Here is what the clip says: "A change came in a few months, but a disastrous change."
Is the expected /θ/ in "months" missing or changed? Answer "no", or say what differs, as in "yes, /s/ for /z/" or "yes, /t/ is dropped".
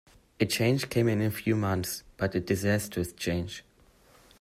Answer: no